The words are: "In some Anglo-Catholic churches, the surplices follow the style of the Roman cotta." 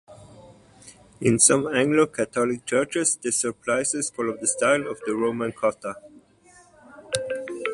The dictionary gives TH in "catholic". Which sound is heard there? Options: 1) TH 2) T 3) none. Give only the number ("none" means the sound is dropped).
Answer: 2